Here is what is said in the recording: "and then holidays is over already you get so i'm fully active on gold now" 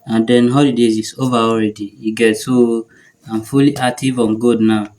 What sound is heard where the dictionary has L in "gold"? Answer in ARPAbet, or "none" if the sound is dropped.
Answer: none